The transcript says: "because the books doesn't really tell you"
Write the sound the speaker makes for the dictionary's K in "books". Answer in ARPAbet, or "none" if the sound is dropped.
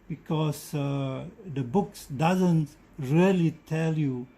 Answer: K